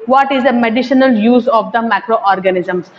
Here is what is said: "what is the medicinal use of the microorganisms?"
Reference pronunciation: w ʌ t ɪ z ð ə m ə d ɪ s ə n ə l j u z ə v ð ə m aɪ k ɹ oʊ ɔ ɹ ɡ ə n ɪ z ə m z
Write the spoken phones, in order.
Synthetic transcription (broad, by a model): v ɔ t ɪ z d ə m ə d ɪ ʃ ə n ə l j u z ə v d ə m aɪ k ɹ oʊ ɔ ɹ ɡ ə n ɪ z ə m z